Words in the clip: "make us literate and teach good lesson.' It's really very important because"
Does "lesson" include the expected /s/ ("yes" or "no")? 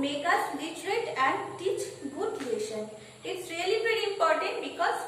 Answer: no